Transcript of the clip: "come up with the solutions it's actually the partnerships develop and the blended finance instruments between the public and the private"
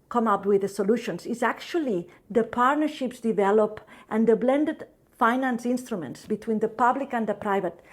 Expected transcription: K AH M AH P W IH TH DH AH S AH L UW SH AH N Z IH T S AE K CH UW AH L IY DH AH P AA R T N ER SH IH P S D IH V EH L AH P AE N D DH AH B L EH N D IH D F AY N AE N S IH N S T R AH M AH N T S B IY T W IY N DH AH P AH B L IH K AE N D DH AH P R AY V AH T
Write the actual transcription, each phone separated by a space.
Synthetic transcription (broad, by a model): K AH M AH P W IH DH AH S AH L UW SH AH N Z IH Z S AE K CH UW AH L IY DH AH P AA R T N ER SH IH P S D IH V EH L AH P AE N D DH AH B L EH N D IH D F AY N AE N S IH N S T R AH M AH N T S B IY T W IY N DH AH P AH B L IH K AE N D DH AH P R AY V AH T